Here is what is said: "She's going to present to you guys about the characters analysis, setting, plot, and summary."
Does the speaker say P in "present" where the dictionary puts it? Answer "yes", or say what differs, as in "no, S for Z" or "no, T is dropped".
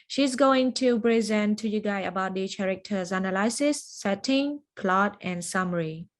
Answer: no, B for P